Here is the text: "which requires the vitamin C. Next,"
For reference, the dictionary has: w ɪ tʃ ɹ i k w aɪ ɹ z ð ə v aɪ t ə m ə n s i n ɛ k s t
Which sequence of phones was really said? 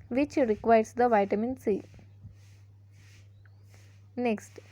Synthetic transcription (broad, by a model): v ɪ tʃ ɹ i k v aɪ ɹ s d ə v aɪ t ə m ə n s i n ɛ k s t